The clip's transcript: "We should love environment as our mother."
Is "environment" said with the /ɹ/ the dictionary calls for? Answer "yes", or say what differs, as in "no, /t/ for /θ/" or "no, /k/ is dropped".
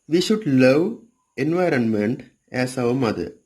yes